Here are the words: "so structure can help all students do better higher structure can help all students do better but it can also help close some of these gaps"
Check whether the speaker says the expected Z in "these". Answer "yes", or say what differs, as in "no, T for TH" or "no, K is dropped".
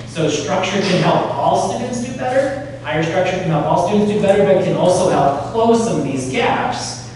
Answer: yes